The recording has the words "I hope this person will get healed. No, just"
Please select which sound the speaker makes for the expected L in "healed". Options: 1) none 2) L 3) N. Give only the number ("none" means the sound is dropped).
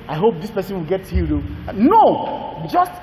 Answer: 1